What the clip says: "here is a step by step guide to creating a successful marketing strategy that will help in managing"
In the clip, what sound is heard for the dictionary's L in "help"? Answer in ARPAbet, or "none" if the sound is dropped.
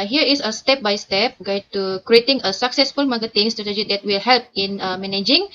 L